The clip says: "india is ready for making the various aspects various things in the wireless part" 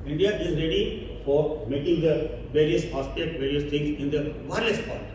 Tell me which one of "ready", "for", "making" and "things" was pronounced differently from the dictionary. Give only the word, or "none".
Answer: things